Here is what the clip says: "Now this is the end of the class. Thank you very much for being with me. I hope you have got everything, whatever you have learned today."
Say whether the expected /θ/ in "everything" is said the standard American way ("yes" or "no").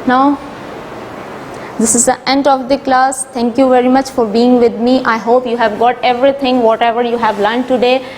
no